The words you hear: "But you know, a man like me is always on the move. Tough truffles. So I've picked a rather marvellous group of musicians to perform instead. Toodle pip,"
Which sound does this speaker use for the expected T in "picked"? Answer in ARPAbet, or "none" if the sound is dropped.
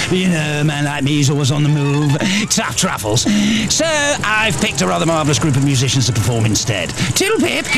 T